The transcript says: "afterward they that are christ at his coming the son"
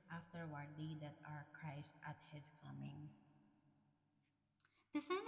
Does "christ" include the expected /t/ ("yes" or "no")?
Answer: yes